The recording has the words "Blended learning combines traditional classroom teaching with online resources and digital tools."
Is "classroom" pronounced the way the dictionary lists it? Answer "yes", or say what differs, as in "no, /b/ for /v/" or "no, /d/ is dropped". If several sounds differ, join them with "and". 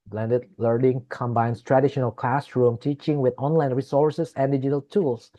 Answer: yes